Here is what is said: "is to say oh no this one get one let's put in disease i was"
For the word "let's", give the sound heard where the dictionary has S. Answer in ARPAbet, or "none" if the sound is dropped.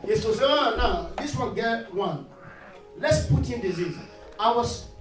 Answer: S